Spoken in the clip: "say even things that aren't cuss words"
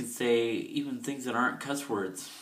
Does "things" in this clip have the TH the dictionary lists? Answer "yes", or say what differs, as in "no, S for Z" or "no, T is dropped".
yes